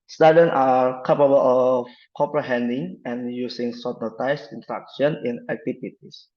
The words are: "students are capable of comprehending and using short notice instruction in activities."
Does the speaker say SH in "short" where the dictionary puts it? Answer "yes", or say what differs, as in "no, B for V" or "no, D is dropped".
no, S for SH